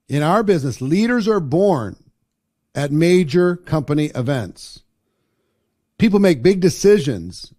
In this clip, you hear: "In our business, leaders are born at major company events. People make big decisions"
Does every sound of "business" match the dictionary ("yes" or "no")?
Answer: yes